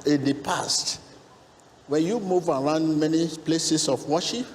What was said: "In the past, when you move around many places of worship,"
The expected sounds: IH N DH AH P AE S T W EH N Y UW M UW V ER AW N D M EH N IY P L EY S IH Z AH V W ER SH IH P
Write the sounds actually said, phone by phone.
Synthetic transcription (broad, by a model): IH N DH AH P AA S T W EH N Y UW M UW V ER AW N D M EH N IY P L EY S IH S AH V W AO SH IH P